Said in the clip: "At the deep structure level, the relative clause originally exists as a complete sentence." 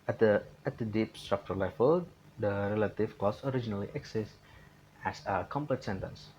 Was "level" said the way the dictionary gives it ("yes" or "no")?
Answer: no